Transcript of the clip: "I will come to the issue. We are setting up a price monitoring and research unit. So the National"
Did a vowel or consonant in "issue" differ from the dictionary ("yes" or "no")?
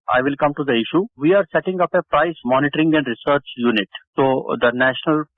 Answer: no